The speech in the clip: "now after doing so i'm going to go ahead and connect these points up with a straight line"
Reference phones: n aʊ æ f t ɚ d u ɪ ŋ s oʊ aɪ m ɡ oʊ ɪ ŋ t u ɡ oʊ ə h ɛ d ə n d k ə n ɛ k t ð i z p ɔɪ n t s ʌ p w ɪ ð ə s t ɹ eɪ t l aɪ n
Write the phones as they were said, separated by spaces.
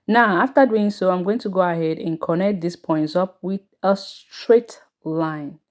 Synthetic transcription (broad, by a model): n aʊ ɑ f t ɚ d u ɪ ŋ s oʊ aɪ m ɡ oʊ ɪ ŋ t u ɡ oʊ ə h ɛ d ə n k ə n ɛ k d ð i s p ɔɪ n t s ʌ p w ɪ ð ə s t ɹ eɪ t l aɪ n